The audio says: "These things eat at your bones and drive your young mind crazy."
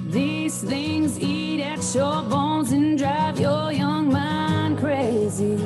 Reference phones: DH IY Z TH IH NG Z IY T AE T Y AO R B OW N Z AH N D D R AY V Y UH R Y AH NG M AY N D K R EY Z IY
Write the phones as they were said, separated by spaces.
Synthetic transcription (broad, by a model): DH IY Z TH IH NG Z IY T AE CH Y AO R B OW N Z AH N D D R AY V Y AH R Y AH NG M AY N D K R EY Z IY